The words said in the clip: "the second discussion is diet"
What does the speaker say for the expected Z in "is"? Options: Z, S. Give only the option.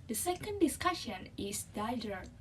S